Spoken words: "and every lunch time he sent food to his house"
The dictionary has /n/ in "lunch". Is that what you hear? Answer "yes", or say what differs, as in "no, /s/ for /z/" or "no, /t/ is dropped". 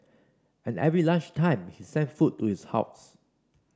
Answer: no, /n/ is dropped